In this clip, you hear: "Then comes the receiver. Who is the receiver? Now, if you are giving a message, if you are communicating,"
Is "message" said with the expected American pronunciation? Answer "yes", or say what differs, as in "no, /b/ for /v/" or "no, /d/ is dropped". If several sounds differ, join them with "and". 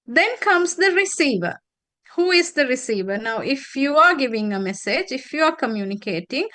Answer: yes